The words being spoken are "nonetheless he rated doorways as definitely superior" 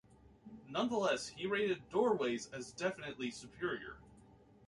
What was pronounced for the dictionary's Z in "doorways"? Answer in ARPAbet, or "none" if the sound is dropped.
Z